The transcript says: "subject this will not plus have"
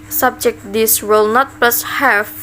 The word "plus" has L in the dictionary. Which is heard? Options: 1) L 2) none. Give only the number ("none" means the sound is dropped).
1